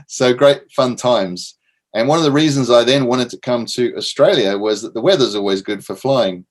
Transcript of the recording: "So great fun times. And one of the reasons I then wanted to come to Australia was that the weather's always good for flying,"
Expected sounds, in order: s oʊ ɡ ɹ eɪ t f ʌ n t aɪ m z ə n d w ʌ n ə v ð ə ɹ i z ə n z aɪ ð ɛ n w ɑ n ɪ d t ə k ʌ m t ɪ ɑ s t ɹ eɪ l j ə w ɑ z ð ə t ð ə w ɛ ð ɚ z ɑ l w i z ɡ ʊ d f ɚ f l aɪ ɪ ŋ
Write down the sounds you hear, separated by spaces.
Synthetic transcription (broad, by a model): s oʊ ɡ ɹ eɪ t f ʌ n t aɪ m z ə n w ʌ n ə v ð ə ɹ i z ə n z aɪ ð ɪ n w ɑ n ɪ d t ə k ʌ m t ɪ ɑ s t ɹ eɪ l j ə w ɑ z ð ə t ð ə w ɛ ð ɚ z ɑ l w i z ɡ ʊ d f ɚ f l aɪ ɪ ŋ